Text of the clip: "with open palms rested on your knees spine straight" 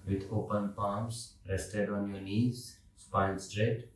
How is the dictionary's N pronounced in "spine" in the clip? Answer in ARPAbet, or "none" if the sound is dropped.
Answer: L